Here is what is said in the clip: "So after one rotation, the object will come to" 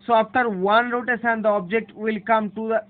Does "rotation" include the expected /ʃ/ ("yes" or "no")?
no